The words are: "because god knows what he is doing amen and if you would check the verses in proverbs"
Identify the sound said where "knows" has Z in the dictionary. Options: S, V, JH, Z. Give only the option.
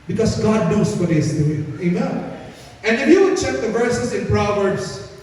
S